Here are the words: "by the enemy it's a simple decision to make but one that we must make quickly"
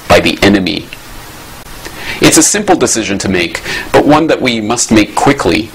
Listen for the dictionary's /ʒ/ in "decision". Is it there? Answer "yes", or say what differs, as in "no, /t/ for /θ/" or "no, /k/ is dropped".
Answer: yes